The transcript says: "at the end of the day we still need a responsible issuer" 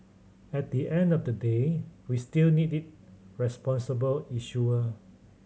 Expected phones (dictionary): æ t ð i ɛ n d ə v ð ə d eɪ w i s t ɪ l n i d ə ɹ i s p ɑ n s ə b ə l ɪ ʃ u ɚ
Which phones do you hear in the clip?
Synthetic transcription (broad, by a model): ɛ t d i ɛ n d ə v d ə d eɪ w i s t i l n i d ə ɹ i s p ɑ n s ə b ə l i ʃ u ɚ